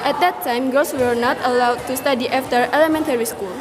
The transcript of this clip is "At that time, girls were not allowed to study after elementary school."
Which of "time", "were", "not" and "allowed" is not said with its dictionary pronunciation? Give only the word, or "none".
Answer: none